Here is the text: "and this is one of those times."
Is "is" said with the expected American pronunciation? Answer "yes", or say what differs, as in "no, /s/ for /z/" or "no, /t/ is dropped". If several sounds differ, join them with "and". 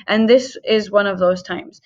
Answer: yes